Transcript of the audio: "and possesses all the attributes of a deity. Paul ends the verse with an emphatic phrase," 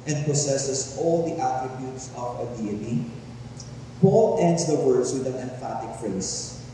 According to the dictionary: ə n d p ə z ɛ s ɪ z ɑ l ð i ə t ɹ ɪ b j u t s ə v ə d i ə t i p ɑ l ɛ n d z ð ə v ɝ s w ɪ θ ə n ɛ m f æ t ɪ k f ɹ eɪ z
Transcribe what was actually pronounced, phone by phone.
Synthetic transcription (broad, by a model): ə n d p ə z ɛ s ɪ s ɑ l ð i ə t ɹ ɪ b j u t s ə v ə d i ə t i p ɑ l ɛ n d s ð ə w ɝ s w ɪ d ə n ɛ m f æ t ɪ k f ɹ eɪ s